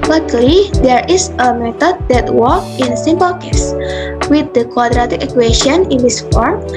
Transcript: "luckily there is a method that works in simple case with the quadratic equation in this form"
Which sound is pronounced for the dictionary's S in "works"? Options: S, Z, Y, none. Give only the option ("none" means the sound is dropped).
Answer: none